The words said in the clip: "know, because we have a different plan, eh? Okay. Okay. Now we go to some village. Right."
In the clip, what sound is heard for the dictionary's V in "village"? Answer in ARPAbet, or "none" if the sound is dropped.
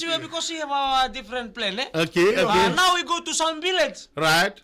B